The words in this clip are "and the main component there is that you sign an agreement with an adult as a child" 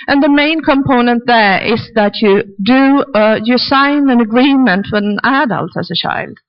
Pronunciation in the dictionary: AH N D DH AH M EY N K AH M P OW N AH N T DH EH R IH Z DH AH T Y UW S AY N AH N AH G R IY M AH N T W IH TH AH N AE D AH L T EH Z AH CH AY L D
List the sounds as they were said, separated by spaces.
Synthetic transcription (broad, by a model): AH N DH AH M EY N K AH M P OW N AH N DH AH R IH Z DH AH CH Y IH S AY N AH N AH G R IY M AH N T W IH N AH N AE D AH L T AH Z AH CH AY L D